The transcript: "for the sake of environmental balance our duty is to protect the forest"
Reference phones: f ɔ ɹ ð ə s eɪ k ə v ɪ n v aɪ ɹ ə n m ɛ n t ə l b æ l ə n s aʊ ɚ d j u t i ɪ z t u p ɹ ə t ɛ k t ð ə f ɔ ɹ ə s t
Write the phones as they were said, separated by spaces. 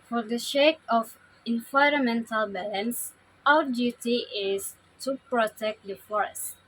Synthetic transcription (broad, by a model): f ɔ ɹ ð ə ʃ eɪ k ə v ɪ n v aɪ ɹ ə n m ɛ n t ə l b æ l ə n s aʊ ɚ d j u t i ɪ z t u p ɹ ə t ɛ k t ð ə f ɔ ɹ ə s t